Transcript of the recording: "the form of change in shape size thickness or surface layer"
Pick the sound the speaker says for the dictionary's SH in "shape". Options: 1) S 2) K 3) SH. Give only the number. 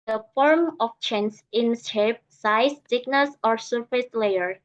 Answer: 1